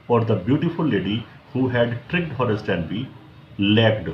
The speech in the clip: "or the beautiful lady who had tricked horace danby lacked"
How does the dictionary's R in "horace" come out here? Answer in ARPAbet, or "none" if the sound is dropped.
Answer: R